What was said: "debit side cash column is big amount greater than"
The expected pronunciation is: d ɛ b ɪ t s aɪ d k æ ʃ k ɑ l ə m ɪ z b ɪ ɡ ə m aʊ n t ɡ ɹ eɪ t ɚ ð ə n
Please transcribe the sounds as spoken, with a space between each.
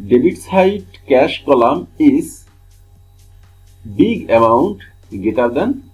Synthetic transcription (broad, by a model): d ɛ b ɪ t s aɪ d k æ ʃ k ɑ l ə m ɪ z b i ɡ ə m aʊ n t ɡ eɪ t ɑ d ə n